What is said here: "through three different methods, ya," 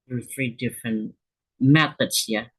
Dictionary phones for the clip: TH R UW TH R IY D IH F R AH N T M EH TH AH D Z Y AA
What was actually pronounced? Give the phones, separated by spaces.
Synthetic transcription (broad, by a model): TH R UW TH R IY D IH F R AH N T M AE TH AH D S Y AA